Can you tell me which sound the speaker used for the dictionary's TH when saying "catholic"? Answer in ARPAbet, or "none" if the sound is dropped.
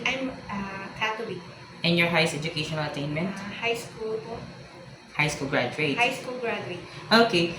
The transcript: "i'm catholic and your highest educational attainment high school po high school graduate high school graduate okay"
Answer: T